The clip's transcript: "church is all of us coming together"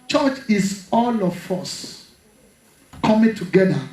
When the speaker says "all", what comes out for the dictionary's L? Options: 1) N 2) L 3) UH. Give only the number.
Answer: 2